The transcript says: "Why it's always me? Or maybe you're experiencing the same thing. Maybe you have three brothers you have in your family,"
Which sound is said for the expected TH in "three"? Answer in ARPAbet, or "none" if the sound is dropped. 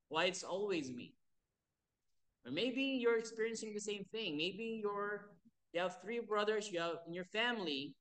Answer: TH